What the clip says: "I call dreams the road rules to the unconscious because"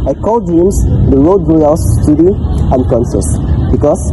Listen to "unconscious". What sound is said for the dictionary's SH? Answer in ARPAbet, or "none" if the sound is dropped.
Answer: S